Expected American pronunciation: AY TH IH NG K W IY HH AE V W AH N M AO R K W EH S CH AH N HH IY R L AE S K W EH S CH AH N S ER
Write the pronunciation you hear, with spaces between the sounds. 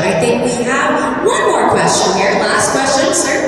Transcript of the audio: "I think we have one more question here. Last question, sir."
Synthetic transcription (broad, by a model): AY TH IH NG K W IY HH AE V W AH N M AO R K W EH S CH AH N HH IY R L AE S K W EH S CH AH N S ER